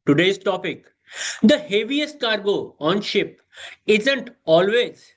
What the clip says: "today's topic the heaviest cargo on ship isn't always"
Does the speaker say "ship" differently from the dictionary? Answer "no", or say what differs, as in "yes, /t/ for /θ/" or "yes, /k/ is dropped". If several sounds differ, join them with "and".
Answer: no